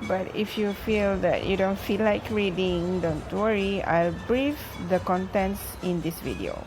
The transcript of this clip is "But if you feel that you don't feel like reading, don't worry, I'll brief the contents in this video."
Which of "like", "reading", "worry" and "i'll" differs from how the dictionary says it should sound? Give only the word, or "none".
none